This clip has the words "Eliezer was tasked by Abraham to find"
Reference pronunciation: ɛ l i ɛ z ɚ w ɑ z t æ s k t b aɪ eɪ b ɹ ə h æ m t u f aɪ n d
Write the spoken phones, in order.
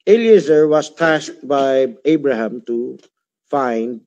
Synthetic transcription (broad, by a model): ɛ l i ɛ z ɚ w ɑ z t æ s t b aɪ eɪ b ɹ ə h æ m t u f aɪ n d